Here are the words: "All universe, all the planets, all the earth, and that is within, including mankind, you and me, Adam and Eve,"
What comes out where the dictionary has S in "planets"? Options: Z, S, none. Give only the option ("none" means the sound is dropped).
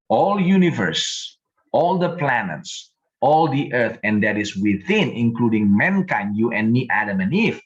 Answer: S